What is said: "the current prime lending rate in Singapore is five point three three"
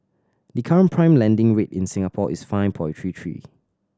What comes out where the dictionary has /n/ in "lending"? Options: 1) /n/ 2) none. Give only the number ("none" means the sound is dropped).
1